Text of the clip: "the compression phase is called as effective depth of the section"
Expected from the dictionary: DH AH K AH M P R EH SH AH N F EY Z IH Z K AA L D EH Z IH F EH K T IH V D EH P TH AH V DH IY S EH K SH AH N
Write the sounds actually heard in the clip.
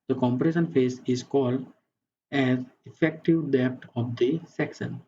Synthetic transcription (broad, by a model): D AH K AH M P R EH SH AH N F EY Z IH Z K AA L D EH Z IH F EH K T IH V D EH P T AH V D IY S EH K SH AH N